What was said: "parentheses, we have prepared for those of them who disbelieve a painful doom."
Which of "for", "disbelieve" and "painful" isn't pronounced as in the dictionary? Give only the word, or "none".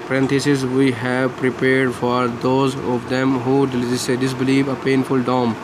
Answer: none